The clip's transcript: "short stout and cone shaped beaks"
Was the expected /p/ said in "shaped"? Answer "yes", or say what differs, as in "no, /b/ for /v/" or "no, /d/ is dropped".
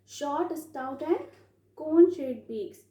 no, /p/ is dropped